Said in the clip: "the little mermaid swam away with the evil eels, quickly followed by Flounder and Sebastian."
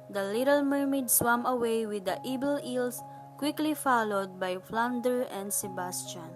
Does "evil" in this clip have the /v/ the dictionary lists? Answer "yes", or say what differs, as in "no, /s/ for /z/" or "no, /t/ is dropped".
no, /b/ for /v/